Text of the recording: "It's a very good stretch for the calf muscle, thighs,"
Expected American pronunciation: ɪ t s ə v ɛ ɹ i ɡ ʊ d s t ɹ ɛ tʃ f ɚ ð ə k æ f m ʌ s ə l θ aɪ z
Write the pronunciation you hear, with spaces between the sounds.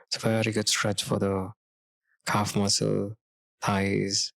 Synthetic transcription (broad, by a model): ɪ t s ə v ɛ ɹ i ɡ ʊ d s t ɹ ɛ tʃ f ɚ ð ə k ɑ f m ʌ s ə l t aɪ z